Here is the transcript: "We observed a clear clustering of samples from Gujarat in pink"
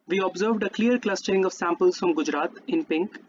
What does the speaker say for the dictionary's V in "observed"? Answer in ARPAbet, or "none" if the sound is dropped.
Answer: V